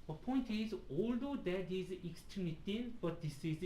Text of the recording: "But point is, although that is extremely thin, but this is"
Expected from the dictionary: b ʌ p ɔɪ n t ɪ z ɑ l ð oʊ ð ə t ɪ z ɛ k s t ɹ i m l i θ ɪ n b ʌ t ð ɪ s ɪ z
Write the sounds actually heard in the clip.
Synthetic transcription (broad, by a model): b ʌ p ɔɪ n t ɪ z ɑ l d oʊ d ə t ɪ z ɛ k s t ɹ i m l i t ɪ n b ʌ t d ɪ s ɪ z